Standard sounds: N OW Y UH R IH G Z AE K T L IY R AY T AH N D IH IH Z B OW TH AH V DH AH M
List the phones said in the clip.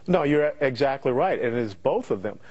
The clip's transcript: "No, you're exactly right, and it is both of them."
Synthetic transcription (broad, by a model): N OW Y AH R IH G Z AE K T L IY R AY T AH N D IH IH Z B OW TH AH V DH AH M